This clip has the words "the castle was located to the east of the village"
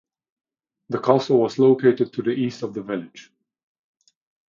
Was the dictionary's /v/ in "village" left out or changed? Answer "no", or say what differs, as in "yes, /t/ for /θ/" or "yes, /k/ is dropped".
no